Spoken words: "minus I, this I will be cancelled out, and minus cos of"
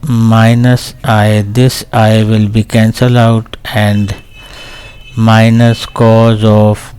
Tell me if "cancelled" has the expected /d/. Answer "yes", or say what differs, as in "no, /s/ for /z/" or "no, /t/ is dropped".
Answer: no, /d/ is dropped